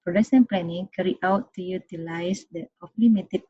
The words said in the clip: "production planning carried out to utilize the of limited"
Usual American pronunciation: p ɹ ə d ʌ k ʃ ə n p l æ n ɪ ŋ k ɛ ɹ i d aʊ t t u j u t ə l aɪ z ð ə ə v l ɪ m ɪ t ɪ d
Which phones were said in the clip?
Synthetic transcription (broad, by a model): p ɹ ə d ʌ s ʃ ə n p l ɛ n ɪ ŋ k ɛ ɹ i aʊ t t u j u t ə l aɪ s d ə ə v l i m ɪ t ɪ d